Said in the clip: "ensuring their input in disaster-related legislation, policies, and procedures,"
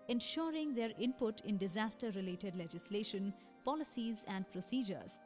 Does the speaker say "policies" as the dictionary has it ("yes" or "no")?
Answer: yes